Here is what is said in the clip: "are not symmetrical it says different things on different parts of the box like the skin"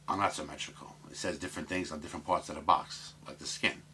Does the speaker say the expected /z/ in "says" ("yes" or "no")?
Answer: yes